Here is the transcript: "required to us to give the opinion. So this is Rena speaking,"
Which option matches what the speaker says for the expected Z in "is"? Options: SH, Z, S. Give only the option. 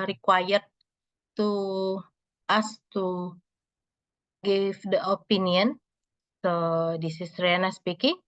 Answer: S